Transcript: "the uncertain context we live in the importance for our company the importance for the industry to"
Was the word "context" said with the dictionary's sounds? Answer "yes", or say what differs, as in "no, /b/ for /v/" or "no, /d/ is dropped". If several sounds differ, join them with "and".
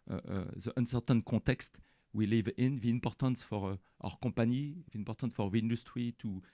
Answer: no, /n/ is dropped